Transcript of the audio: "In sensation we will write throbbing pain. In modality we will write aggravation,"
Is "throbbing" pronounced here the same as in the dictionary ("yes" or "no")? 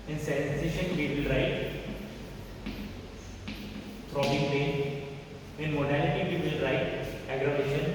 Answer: no